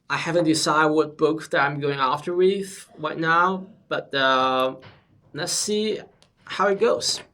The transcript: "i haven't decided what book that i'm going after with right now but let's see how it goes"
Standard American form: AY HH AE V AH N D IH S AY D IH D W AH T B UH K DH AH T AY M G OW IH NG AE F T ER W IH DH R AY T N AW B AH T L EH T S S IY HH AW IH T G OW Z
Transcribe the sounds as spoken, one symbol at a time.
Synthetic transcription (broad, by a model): AY HH AE V AH N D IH S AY IH D W AH T B UH K DH AH T AY M G OW IH NG AE F T ER W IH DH R AY T N AW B AH T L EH T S S IY HH AW IH T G OW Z